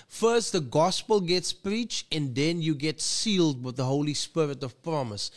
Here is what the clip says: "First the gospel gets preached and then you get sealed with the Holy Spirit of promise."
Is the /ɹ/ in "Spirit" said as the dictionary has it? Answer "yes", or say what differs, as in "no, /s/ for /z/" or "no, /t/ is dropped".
yes